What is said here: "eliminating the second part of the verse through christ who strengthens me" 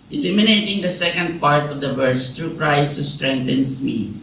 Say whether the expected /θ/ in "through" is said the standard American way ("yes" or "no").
no